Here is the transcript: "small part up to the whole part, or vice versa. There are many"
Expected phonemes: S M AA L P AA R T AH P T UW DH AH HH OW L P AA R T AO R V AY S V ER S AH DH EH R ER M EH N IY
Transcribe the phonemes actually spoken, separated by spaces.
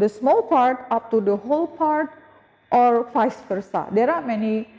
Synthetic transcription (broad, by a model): S M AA L P AA R T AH P T UW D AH HH OW L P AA R T AO R F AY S F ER S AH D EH R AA M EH N IY